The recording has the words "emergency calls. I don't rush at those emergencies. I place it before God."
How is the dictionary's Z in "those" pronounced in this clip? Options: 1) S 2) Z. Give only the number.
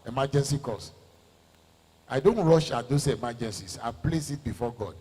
1